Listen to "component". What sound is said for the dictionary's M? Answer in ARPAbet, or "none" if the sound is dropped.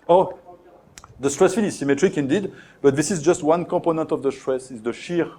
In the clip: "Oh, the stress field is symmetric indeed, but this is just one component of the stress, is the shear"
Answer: none